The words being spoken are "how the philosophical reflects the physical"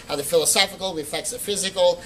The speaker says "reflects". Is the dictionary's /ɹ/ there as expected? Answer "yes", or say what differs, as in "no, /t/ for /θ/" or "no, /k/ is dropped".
no, /w/ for /ɹ/